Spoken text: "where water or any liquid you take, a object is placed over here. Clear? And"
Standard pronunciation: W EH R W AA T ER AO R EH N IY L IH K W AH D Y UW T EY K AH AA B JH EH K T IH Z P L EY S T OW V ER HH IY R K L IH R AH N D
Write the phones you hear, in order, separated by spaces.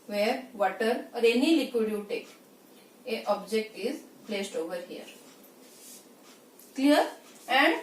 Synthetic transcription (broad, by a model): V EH R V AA T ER AO R EH N IY L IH K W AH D Y UW T EY K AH AA B JH EH K T IH Z P L EY S T OW V ER HH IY R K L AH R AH N D